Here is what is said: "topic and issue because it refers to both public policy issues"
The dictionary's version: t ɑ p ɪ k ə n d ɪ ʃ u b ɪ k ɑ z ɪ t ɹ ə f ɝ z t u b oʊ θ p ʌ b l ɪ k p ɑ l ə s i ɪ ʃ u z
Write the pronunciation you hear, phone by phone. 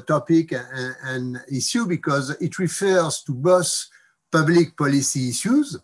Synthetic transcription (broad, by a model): t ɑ p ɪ k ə n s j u b ɪ k ɑ z ɪ t ɹ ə f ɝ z t u b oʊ s p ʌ b l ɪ k p ɑ l ə s i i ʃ u z